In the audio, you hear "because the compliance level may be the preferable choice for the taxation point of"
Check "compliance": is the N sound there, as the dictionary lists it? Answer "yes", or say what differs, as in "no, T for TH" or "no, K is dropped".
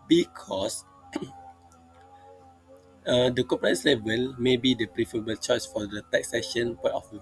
no, N is dropped